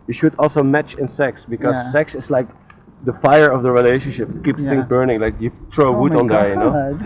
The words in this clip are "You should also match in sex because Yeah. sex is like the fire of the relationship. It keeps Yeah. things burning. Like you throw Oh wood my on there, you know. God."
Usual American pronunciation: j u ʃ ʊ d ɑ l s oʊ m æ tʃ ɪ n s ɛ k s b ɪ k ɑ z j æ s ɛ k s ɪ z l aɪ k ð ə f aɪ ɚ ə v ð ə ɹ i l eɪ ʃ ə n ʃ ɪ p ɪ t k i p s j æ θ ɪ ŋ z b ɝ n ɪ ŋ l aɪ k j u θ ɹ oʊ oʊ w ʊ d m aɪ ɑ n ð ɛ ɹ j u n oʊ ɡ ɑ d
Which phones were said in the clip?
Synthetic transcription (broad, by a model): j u ʃ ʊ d ɑ l s oʊ m æ tʃ ɪ n s ɛ k s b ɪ k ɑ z s ɛ k s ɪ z l aɪ k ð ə f aɪ ɚ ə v ð ə ɹ i l eɪ ʃ ə n ʃ ɪ p ɪ t k i p s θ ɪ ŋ b ɝ n ɪ ŋ l aɪ k j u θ ɹ oʊ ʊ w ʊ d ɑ n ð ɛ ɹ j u n oʊ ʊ